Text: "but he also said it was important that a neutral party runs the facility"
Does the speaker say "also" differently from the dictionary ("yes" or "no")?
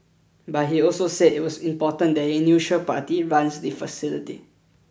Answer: no